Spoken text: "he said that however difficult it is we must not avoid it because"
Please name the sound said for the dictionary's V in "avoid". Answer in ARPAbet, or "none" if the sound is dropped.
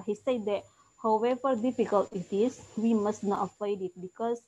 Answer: P